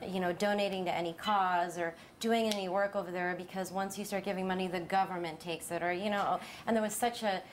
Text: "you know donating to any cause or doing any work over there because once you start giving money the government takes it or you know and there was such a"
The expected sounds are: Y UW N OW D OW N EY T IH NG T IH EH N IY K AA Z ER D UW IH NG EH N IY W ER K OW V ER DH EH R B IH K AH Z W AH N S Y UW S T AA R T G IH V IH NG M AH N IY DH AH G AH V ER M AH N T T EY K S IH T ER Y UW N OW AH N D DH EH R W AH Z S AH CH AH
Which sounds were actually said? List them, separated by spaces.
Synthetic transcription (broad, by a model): Y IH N OW D OW N EY T IH NG T IH EH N IY K AA Z ER D UW IH NG EH N IY W ER K OW V ER DH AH R B IH K AH Z W AH N S Y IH S T AA R T G IH V IH NG M AH N IY DH AH G AH V ER M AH N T T EY K S IH T ER Y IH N OW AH N DH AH R W AH Z S AH CH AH